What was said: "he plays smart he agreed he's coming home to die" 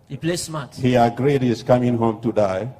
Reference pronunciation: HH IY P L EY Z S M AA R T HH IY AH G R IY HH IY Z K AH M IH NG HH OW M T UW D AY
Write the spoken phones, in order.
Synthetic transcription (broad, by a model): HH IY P L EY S M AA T HH IY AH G R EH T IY S K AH M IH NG HH OW M T UW D AY